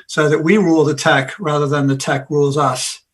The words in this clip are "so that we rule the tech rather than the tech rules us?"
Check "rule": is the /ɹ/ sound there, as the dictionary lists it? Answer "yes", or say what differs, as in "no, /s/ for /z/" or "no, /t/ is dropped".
yes